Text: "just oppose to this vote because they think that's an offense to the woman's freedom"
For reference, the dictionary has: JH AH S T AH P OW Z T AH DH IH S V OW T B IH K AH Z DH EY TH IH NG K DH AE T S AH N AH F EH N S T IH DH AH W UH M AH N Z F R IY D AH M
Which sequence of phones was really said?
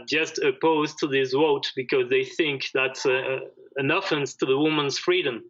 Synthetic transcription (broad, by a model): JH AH S T AH P OW Z T AH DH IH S W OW T B IH K AH Z DH EY TH IH NG K DH AE T S AH N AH F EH N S T IH DH AH W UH M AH N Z F R IY D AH M